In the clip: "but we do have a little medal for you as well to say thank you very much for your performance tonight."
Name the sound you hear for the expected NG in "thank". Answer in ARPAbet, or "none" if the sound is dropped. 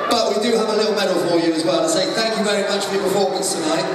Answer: NG